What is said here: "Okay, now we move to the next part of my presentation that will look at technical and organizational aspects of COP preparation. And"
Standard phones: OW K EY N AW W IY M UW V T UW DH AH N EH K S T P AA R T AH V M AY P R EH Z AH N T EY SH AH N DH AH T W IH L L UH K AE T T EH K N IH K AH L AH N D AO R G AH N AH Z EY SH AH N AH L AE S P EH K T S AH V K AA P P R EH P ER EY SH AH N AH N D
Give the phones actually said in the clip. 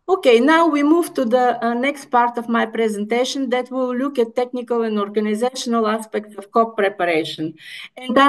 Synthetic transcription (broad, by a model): OW K EY N AW W IY M UW V T UW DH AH N EH K S T P AA R T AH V M AY P R EH Z AH N T EY SH AH N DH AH T W IH L L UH K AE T T EH K N IH K AH L AH N D AO R G AH N AH Z EY SH AH N AH L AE S P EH K T S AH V K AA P P R EH P ER EY SH AH N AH N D